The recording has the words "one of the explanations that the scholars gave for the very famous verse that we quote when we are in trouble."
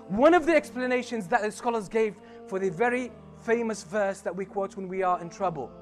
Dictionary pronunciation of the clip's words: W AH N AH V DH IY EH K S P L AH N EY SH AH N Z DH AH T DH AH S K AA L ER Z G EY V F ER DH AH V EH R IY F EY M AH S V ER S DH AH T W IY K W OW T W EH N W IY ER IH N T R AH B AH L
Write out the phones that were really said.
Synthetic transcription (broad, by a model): W AH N AH V DH IY EH K S P L AH N EY SH AH N Z DH AH T DH AH S K AA L ER Z G EY V F ER DH AH V EH R IY F EY M AH S V ER S DH AH T W IY K W OW T W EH N W IY ER IH N T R AH B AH L